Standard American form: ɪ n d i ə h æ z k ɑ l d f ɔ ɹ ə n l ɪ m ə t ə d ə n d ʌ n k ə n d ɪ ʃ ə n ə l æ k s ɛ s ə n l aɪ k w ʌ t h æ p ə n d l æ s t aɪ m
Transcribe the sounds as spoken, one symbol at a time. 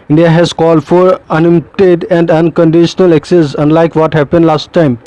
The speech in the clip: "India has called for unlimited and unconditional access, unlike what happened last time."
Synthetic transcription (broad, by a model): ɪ n d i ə h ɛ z k ɑ l d f ɔ ɹ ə n ɪ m t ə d ə n d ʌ n k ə n d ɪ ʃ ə n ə l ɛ k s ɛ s ə n l aɪ k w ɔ t h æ p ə n d l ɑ s t aɪ m